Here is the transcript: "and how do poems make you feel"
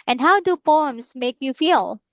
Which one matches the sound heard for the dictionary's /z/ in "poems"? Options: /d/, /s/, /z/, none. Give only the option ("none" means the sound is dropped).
/s/